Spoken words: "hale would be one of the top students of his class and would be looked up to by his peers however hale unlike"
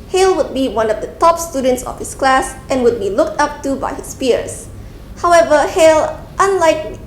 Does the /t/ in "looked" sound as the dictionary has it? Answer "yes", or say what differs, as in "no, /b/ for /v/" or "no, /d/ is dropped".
yes